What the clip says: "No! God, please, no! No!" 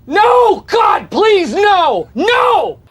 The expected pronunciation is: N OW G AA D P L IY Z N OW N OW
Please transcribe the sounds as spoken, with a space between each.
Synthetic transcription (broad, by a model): N OW G AA D P L IY Z N OW N OW